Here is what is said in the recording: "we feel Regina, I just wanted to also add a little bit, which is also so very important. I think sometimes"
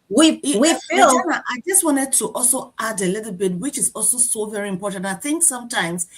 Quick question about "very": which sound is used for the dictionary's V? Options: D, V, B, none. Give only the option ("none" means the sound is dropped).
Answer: V